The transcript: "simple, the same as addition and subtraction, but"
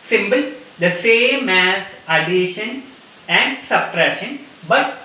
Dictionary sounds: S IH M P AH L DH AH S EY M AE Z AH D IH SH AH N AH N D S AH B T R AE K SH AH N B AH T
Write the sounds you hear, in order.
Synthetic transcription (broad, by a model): S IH M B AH L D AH S EY M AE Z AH D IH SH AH N AH N D S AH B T R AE SH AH N B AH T